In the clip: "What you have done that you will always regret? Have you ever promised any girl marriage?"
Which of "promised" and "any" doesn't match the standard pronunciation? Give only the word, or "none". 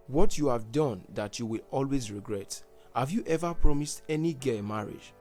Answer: none